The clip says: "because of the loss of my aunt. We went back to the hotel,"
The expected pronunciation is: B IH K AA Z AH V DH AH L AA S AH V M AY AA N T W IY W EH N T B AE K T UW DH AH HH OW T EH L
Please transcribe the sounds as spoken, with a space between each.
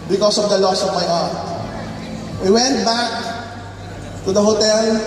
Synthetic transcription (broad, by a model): B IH K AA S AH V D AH L AA S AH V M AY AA T W IY W EH N T B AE K T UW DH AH HH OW T EH L